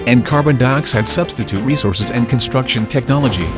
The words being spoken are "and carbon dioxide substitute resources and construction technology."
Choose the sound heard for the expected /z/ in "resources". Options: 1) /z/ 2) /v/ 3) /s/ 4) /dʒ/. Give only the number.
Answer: 1